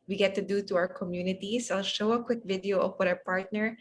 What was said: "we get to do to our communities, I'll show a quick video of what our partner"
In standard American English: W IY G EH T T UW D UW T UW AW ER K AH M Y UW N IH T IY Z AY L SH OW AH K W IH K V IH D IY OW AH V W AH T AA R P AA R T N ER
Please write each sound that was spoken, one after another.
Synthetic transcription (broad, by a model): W IY G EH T T UW D UW T UW AW ER K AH M Y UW N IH T IY S AY L SH OW AH K W IH K V IH D IY OW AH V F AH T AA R P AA R T N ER